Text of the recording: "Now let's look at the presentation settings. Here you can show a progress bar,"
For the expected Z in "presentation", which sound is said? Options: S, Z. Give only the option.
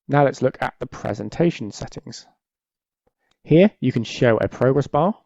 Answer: Z